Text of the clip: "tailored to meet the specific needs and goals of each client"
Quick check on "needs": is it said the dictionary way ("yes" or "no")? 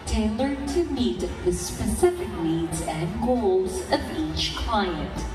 no